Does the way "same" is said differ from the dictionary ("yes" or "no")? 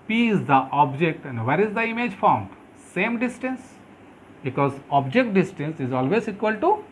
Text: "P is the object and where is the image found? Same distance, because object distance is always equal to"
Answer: no